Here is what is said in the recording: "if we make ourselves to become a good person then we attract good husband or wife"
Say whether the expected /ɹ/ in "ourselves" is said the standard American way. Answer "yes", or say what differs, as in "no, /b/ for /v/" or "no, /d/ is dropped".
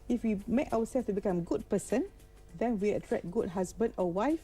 no, /w/ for /ɹ/